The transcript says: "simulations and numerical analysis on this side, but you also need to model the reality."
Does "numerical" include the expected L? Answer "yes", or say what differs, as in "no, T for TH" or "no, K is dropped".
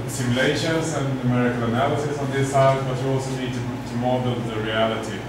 yes